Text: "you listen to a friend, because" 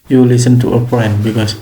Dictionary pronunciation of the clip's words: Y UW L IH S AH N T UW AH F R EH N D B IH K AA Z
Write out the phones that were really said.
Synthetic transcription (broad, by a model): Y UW L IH S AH N T UW AH P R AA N B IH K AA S